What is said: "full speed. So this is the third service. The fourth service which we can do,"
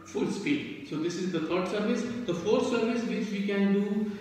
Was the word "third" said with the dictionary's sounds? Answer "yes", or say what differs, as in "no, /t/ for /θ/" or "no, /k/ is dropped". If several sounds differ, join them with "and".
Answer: no, /t/ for /θ/